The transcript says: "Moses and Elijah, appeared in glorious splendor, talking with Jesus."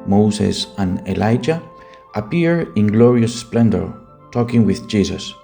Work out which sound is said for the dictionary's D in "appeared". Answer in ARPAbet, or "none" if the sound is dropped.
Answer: none